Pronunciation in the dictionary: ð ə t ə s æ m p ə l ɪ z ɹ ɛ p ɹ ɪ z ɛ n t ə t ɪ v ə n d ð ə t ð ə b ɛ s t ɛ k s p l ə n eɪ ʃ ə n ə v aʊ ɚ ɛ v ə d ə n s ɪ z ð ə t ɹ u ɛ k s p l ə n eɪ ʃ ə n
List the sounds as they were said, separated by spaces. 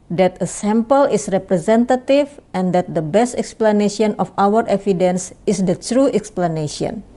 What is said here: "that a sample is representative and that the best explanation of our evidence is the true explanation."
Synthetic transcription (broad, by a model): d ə t ə s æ m p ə l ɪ s ɹ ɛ p ɹ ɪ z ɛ n t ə t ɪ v ə n d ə t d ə b ɛ s t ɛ k s p l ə n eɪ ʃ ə n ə f aʊ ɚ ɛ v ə d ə n s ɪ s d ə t ɹ u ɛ k s p l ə n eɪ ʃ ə n